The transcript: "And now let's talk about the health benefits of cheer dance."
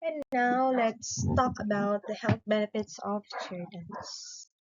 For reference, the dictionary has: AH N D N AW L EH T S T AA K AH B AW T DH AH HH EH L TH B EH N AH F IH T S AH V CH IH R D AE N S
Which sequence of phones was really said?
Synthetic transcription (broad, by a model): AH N N AW L EH T S T AA K AH B AW T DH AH HH EH L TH B EH N AH F IH T S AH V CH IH L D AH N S